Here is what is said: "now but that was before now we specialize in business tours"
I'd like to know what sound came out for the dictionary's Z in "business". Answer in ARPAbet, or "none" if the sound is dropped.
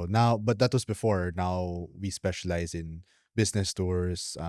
S